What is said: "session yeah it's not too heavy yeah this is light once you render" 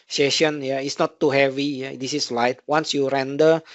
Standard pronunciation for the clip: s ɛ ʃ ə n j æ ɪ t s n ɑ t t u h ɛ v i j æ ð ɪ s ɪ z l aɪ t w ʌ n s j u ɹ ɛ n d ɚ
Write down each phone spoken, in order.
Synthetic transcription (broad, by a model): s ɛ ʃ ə n j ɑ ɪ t s n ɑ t t u h ɛ v i j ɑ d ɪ s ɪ s l aɪ t w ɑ n s j u ɹ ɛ n d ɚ